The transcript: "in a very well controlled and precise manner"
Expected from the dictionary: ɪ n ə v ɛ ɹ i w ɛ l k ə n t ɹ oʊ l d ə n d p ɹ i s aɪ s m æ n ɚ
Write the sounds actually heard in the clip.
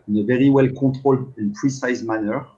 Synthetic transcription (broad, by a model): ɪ n ə v ɛ ɹ i w ɛ l k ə t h oʊ l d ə n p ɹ i s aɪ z m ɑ n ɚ